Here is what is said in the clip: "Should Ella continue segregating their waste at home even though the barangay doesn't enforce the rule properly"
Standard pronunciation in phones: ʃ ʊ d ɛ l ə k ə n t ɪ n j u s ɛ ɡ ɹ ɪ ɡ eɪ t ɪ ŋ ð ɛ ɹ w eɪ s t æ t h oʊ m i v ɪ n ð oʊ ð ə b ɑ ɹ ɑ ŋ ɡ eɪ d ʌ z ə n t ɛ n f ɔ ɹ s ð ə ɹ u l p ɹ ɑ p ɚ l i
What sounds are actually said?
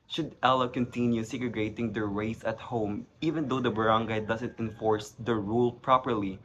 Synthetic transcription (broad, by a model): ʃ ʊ d ɛ l ə k ə n t ɪ n j u s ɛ ɡ ɹ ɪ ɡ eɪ t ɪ ŋ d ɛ ɹ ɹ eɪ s ʌ t h oʊ m i v ɪ n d oʊ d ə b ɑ ɹ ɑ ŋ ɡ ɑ d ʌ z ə n t ɛ n f ɔ ɹ s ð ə ɹ u l p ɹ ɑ p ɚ l i